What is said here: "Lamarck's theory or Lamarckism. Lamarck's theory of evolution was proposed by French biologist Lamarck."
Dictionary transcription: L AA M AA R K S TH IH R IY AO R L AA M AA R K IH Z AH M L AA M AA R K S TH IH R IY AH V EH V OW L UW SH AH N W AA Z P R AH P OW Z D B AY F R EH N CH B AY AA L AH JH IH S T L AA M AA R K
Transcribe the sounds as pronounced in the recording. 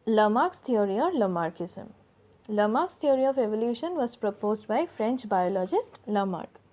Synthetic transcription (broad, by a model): L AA M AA R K S T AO R IY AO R L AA M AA R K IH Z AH M L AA M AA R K S T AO R IY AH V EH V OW L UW SH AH N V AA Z P R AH P OW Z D B AY F R EH N CH B AY AA L AH JH IH S T L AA M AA R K